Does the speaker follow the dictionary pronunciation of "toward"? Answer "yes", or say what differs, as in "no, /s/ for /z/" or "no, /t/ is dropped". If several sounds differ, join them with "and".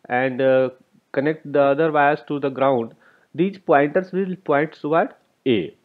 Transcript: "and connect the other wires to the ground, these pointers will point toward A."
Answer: no, /s/ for /t/